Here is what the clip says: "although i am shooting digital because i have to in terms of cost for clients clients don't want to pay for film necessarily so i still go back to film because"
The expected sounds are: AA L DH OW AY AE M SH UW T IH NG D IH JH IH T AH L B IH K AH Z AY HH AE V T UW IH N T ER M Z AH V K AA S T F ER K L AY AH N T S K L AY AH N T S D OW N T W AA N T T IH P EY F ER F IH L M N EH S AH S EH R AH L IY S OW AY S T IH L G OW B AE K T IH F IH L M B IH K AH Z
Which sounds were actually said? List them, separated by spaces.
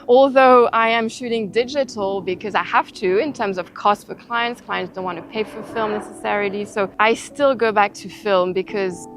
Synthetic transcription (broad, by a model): AA L DH OW AY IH M SH UW T IH NG D IH JH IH T L B IH K AH Z AY HH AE F T UW IH N T ER M Z AH V K AA S T F ER K L AY AH N T S K L AY AH N T S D OW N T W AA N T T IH P EY F ER F IH L M N EH S AH S EH R AH L IY S OW AY S T IH L G OW B AE K T IH F IH L M B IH K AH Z